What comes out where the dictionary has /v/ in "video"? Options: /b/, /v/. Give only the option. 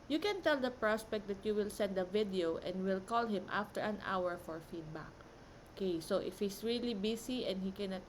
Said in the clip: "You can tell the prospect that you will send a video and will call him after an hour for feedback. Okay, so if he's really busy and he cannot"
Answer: /v/